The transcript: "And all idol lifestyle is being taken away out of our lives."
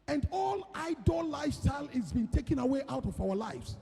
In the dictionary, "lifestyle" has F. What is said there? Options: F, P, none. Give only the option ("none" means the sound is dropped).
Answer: none